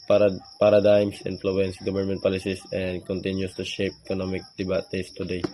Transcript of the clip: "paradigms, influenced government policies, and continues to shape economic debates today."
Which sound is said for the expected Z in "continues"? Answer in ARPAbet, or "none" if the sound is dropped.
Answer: S